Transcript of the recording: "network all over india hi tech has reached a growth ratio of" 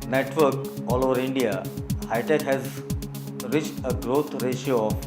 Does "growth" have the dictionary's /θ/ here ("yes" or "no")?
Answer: no